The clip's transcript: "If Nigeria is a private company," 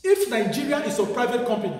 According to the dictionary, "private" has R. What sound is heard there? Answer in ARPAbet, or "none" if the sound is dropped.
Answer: R